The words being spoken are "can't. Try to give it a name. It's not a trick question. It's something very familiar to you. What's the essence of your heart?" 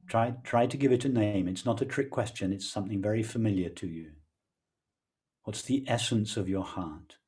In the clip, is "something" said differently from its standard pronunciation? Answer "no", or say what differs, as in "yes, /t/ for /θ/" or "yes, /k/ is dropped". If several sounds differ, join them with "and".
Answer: no